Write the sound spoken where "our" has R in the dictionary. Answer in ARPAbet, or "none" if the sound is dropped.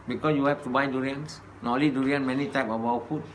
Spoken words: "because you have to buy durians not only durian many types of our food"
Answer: W